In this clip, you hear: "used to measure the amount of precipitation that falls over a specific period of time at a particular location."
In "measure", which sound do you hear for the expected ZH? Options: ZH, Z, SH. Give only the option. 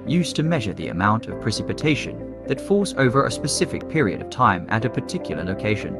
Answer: ZH